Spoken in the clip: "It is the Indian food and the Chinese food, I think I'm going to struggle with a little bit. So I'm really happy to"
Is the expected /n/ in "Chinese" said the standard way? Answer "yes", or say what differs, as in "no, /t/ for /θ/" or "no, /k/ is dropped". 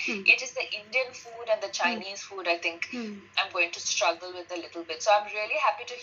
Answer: yes